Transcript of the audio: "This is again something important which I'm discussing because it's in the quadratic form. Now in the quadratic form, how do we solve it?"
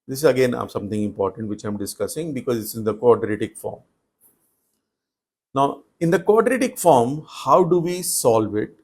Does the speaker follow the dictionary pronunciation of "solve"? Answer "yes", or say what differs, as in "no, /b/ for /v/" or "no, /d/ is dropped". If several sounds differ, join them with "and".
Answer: yes